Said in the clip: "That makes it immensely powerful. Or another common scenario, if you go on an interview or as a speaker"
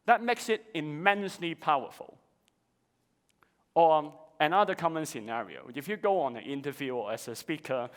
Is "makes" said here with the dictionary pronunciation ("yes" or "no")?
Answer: yes